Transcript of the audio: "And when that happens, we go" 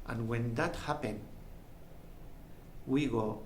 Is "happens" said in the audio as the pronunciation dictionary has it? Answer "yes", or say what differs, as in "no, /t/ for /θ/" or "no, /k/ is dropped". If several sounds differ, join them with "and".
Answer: no, /z/ is dropped